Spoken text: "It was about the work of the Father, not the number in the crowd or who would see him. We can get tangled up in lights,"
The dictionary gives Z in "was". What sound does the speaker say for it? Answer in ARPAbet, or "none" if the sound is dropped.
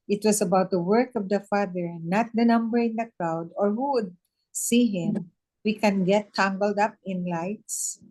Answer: S